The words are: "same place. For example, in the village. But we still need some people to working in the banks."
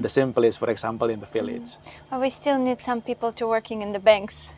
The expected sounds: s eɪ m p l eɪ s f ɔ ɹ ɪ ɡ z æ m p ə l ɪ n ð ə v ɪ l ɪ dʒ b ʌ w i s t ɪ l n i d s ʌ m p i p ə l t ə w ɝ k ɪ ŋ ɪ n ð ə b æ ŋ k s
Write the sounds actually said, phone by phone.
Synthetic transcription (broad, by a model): s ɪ m p l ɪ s f ɔ ɹ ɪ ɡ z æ m p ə l ɪ n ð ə f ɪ l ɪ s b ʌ w i s t ɪ l n i d s ʌ m p i p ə l t ə w ɝ k ɪ ŋ ɪ n ð ə b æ ŋ k s